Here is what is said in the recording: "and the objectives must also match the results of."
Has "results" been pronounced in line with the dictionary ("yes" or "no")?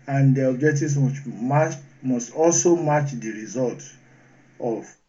no